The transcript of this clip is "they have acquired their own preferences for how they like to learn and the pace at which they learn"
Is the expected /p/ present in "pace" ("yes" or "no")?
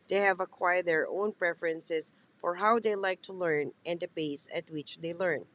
no